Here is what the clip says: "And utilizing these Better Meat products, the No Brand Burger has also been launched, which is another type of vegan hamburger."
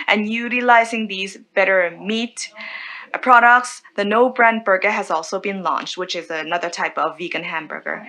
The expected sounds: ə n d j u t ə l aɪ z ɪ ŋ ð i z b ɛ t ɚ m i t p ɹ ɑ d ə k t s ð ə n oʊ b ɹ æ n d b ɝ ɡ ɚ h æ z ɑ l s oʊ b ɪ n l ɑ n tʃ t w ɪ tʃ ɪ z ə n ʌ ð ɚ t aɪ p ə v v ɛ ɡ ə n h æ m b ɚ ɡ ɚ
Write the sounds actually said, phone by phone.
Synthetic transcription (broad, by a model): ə n j u t ə l aɪ z ɪ ŋ ð i z b ɛ t ɚ m i t p ɹ ɑ d ə k t s ð ə n oʊ b ɹ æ n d b ɝ ɡ ɚ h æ z ɑ l s oʊ b ɪ n l ɑ n tʃ t w ɪ tʃ ɪ z ə n ʌ ð ɚ t aɪ p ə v v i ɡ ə n h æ m b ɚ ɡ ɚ